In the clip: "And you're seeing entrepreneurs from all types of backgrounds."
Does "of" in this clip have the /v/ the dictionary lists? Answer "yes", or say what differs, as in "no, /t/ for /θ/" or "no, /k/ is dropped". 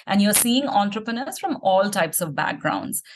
yes